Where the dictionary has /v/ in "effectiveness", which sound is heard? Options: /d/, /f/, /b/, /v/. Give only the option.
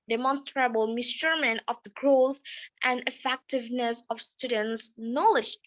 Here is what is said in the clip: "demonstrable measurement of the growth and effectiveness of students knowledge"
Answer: /v/